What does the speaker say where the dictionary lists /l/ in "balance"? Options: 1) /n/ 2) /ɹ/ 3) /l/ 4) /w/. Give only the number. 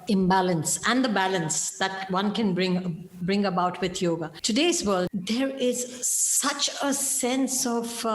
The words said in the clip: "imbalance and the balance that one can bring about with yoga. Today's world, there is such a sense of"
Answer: 3